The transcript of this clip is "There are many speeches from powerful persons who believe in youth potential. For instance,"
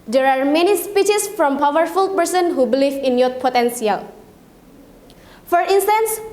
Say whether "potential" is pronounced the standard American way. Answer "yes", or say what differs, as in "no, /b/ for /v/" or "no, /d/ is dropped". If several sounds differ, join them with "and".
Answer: no, /s/ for /ʃ/